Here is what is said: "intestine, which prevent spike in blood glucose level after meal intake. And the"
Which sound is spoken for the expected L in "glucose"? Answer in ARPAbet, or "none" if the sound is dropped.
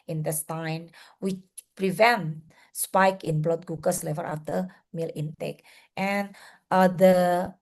none